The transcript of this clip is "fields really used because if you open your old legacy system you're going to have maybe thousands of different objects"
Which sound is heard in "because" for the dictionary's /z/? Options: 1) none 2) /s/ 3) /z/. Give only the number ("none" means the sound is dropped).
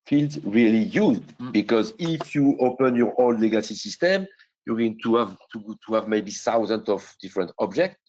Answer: 3